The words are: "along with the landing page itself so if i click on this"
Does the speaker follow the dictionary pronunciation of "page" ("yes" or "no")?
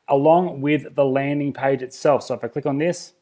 yes